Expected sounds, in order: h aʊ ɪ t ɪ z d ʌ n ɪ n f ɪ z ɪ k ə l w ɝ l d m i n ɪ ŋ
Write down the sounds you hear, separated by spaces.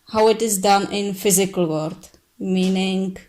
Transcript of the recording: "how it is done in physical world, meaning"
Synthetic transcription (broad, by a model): h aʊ ɪ t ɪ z d ʌ n ɪ n f ɪ z ɪ k ə l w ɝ d m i n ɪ ŋ